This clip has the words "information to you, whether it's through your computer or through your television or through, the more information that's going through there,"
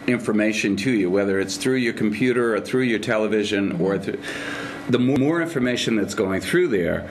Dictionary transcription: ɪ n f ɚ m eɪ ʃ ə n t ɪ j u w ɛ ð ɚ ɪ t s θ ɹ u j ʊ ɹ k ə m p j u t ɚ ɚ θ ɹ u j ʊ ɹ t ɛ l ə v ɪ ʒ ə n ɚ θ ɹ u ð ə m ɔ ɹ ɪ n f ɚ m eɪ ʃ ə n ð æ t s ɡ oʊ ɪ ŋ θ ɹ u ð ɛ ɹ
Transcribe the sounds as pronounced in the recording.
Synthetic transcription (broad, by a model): ɪ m f ɚ m eɪ ʃ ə n t ɪ j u w ɛ ð ɚ ɪ t s θ ɹ u j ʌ ɹ k m p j u t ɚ ɚ θ ɹ u j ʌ ɹ t ɛ l ə v ɪ ʒ ə n ɚ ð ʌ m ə m ɔ ɹ ɪ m f ɚ m eɪ ʃ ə n ð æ t s ɡ oʊ ɪ ŋ θ ɹ u ð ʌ ɹ